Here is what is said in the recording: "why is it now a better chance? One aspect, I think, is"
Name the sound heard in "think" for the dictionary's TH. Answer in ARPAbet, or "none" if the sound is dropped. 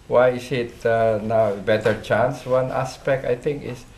T